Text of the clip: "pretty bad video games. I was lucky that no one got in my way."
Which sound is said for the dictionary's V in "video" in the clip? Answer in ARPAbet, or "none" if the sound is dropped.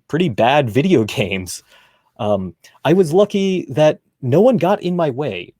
V